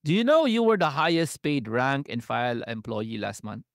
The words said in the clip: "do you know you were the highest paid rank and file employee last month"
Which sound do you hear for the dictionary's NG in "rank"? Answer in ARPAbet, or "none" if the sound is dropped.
NG